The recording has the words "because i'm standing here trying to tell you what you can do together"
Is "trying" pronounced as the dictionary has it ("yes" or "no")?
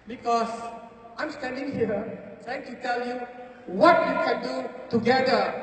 no